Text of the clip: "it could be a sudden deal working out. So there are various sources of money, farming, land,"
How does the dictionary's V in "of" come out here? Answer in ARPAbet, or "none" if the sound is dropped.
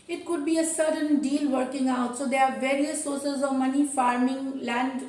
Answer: V